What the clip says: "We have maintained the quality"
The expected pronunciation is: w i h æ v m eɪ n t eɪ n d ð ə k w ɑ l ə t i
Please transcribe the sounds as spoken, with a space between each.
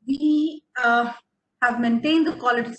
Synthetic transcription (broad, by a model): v i h æ v m eɪ n t eɪ n d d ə k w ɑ l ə t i